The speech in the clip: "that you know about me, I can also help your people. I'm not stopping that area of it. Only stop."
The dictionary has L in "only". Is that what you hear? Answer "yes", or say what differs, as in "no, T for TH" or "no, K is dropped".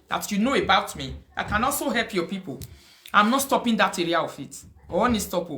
no, L is dropped